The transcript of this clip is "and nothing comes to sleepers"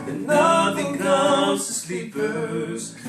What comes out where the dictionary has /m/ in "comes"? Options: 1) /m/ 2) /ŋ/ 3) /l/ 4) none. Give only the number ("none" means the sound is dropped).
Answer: 4